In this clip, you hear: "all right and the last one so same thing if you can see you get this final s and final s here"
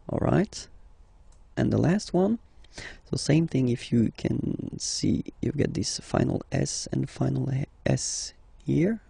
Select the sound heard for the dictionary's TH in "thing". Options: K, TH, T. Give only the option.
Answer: TH